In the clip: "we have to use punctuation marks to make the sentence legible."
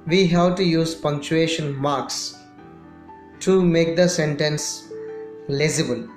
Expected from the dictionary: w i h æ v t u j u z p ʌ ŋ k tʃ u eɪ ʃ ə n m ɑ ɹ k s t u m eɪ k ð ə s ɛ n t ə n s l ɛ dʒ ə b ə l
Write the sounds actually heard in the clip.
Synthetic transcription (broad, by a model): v i h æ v t u j u z p ʌ ŋ k tʃ u eɪ ʃ ə n m ɑ ɹ k s t u m eɪ k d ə s ɛ n t ə n s l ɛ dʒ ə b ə l